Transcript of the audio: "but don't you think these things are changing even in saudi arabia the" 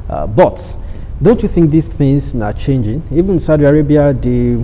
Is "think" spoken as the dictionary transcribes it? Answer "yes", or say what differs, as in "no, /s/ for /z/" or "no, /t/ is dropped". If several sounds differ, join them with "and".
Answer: yes